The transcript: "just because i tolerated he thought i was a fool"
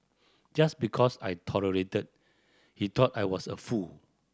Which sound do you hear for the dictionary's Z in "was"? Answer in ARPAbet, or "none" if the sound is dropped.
S